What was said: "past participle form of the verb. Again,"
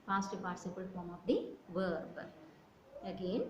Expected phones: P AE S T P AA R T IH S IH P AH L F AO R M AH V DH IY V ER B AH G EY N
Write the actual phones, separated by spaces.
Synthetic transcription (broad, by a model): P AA S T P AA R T S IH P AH L F AO R M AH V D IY V ER B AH G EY N